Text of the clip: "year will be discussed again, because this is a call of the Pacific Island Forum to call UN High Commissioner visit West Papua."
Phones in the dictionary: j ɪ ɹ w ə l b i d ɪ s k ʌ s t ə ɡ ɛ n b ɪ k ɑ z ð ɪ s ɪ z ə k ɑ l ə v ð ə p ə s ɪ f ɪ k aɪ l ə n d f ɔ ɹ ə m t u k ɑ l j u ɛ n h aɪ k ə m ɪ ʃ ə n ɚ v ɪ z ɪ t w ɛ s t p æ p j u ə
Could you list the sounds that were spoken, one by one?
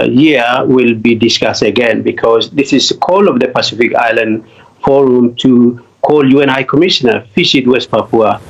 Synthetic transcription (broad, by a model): j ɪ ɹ w ə l b i d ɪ s k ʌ s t ə ɡ ɛ n b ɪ k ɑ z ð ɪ s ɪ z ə k ɑ l ə v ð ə p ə s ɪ f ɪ k aɪ l ə n d f ɔ ɹ ə m t u k ɑ l j u ɛ n h aɪ k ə m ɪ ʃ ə n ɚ f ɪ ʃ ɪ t w ɛ s t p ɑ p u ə